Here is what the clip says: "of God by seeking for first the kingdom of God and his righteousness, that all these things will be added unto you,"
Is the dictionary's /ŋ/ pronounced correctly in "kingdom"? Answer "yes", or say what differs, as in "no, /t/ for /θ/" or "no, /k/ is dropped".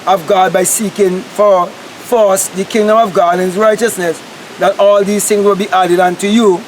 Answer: yes